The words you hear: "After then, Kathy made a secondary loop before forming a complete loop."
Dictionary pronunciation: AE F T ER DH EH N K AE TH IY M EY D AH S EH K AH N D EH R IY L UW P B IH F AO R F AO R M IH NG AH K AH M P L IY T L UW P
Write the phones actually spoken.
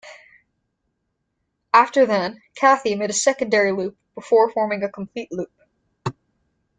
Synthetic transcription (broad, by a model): AE F T ER DH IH N K AE TH IY M EY D AH S EH K AH N D EH R IY L UW P B IH F AO R F AO R M IH NG AH K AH M P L IY T L UW P